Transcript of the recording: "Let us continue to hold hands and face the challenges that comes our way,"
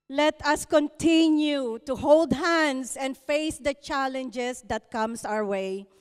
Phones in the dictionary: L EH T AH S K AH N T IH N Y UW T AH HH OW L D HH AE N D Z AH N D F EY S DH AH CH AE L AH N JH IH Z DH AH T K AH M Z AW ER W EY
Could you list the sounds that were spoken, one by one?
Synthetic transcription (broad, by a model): L EH T AH S K AH N T IH N Y UW T AH HH OW L D HH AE N D S AH N D F EY S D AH CH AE L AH N JH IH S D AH T K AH M S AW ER W EY